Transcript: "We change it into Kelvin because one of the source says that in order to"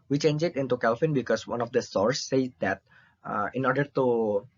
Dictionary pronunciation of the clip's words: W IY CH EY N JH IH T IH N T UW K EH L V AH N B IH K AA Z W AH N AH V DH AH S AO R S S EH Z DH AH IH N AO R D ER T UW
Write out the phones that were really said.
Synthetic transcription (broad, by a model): W IY CH EY N JH IH T IH N T UW K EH L F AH N B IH K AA S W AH N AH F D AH S AO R S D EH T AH IH N AO R D ER T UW